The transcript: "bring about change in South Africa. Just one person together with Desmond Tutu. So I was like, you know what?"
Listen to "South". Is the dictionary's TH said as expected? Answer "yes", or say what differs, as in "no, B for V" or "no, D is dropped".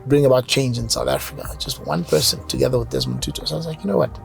yes